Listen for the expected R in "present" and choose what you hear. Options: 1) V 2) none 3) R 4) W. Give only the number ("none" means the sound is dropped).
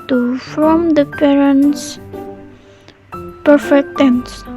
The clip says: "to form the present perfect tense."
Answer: 2